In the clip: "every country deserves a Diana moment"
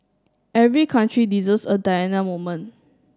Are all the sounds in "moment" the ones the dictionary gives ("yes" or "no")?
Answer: no